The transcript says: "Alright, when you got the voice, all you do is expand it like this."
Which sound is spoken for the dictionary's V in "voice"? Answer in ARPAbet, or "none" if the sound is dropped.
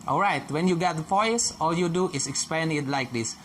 P